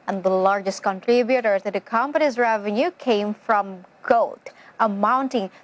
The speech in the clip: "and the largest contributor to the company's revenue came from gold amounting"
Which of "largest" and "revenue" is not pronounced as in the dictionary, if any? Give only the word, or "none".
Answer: none